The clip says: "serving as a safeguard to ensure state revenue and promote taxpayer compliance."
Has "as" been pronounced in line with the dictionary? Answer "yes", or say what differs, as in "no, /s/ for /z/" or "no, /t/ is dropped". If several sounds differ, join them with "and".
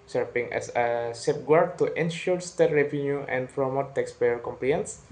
no, /s/ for /z/